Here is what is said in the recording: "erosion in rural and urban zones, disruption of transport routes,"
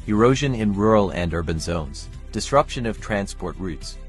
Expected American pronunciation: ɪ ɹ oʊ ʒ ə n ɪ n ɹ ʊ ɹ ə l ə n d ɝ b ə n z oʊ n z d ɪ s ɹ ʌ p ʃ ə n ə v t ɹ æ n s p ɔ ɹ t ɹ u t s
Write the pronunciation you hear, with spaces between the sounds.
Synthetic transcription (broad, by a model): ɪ ɹ oʊ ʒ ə n ɪ n ɹ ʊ ɹ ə l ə n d ɝ b ə n z oʊ n z d ɪ s ɹ ʌ p ʃ ə n ə v t ɹ æ n s p ɔ ɹ t ɹ u t s